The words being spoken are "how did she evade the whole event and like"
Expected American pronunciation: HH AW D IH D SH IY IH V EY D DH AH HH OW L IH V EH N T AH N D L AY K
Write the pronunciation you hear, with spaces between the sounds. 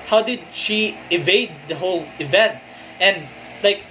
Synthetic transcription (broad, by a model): HH AW D IH D SH IY IH V EY D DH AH HH OW L IH V EH N T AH N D L AY K